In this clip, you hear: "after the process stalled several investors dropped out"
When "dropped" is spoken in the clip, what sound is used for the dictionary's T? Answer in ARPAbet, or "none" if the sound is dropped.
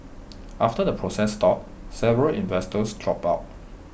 none